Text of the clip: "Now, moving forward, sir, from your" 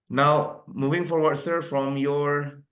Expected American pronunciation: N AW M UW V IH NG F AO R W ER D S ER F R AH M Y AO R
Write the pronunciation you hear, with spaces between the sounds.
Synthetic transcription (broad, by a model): N AW M UW V IH NG F AO R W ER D S ER F R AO M Y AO R